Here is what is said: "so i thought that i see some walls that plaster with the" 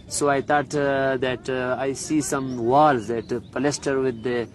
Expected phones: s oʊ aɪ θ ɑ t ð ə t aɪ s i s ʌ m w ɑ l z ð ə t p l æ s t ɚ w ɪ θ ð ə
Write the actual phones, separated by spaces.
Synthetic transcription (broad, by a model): s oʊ aɪ t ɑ t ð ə t aɪ s i s ʌ m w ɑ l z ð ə t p l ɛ s t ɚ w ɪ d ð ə